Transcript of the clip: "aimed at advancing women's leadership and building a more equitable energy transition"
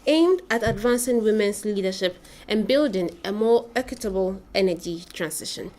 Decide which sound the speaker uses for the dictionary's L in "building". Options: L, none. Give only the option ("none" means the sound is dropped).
L